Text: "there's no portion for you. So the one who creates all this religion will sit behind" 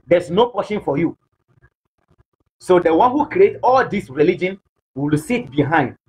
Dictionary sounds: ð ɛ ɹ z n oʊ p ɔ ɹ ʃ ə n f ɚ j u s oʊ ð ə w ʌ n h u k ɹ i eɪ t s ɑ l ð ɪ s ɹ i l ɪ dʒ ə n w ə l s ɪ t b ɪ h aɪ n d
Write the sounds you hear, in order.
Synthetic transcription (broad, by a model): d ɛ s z n oʊ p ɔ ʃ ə n f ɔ j u s oʊ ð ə w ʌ n h u k ɹ i eɪ t ɑ l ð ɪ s ɹ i l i dʒ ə n w ə l s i t b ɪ h aɪ n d